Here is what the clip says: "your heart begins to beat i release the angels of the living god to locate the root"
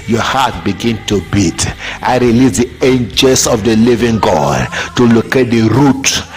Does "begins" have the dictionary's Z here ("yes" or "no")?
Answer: no